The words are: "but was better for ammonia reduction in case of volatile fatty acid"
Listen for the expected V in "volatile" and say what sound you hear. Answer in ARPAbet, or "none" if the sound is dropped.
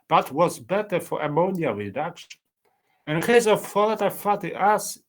F